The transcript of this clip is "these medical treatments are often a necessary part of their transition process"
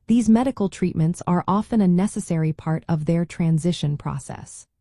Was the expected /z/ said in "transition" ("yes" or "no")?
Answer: yes